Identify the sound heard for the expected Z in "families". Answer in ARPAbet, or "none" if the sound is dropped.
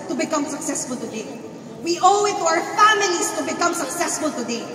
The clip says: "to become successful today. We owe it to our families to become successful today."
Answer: S